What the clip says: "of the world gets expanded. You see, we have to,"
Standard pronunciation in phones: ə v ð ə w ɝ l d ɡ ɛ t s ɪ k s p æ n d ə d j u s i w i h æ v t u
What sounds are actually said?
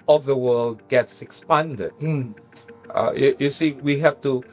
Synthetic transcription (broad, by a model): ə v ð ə w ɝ l d ɡ ɛ t s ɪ k s p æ n d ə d j u s i w i h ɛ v t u